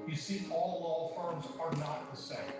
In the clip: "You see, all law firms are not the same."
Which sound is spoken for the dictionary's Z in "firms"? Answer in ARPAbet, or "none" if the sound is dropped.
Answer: Z